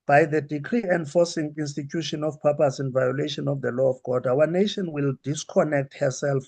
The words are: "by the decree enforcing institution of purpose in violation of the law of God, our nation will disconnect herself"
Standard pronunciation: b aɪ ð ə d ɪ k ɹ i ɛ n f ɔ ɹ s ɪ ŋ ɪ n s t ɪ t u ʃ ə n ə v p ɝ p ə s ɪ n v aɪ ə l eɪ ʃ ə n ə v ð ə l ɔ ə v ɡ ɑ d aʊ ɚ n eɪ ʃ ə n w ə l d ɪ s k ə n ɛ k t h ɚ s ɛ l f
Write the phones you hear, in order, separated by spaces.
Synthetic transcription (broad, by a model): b aɪ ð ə d ɪ k ɹ i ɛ n f ɔ s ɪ ŋ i n s t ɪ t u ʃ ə n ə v p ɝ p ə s ɪ n v aɪ ə l eɪ ʃ ə n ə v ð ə l ɔ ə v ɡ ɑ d aʊ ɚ n eɪ ʃ ə n w ə l d ɪ s k ə n ɛ k t h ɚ s ɛ l f